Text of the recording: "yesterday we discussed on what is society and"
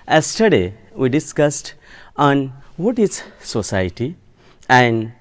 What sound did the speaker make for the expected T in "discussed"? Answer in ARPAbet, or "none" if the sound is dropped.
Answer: T